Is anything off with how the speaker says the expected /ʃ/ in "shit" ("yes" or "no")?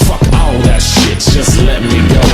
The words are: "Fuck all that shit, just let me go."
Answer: no